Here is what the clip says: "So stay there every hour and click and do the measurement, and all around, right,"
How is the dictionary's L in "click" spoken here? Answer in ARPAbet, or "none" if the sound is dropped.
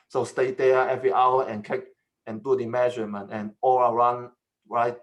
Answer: none